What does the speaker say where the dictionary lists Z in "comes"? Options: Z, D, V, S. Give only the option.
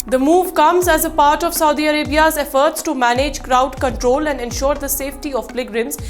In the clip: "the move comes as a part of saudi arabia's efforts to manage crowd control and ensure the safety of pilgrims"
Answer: Z